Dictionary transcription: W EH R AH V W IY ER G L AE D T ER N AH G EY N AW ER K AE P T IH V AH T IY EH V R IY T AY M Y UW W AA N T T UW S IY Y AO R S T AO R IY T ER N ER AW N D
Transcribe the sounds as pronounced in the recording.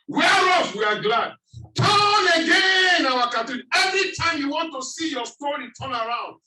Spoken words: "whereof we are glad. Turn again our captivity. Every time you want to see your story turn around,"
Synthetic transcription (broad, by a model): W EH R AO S W IY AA G L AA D T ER N AH G EY N AW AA K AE T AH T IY EH V R IY T AY M Y UW W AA N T T UW S IY Y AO S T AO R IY T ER N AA AW N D